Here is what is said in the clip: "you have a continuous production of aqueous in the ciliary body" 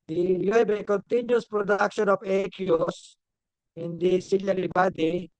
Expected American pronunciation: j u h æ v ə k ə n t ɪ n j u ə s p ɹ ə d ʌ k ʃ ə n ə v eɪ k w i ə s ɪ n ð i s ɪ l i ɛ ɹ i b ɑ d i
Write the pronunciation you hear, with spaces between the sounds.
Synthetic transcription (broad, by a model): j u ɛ b ə k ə n t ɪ n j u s p ɹ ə d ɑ k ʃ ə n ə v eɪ k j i s ɪ n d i s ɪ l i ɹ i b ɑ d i